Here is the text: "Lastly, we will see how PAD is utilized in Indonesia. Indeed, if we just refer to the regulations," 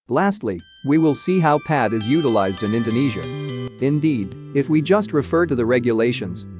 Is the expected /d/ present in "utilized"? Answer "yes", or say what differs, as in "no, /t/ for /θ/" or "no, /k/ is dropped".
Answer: yes